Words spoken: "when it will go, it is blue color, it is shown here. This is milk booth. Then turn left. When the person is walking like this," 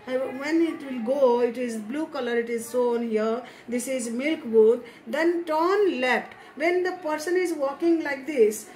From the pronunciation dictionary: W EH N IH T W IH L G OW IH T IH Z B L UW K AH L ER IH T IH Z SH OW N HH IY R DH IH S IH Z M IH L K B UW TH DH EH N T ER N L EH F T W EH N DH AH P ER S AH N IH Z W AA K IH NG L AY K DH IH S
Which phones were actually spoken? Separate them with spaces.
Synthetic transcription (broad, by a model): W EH N IH T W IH L G OW IH T IH Z B L UW K AH L ER IH T IH Z S OW N HH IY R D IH S IH Z M IH L K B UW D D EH N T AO N L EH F T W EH N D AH P ER S AH N IH Z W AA K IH NG L AY K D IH S